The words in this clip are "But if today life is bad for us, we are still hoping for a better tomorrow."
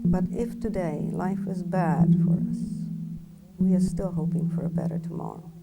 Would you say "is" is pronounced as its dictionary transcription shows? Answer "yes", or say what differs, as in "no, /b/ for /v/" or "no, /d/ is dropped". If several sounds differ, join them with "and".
yes